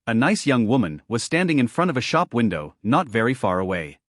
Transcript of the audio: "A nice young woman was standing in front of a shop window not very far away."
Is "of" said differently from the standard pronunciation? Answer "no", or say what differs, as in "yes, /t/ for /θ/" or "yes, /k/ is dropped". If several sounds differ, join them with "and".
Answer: no